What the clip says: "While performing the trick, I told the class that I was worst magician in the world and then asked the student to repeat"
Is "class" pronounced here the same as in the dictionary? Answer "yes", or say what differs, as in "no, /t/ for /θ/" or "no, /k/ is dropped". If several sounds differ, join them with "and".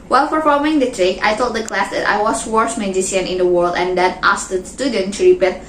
yes